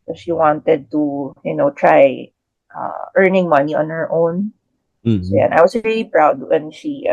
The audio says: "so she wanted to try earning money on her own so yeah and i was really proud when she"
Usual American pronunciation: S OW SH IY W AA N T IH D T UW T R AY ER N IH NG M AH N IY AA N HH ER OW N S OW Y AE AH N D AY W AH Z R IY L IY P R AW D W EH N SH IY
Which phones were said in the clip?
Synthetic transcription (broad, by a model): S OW SH IY W AA N T IH D T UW T R AY ER N IH NG M AH N IY AA N HH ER OW N S OW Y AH N AY W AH S R IY L IY P R AW D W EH N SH IY